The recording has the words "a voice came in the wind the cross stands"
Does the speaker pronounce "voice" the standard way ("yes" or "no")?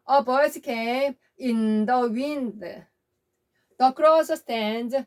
no